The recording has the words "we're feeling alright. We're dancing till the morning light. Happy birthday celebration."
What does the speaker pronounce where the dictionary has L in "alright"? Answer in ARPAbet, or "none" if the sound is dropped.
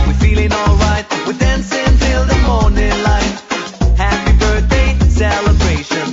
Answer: L